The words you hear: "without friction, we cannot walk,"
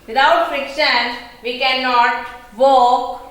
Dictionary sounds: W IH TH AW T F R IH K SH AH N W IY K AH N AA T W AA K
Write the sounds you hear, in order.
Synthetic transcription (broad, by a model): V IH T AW T F R IH K SH AH N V IY K AH N AA T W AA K